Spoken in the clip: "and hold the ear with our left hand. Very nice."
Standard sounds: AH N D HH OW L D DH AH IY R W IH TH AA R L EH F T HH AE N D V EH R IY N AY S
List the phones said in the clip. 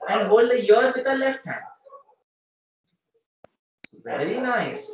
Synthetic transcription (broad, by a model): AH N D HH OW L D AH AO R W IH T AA L EH F T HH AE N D V EH R IY N AY S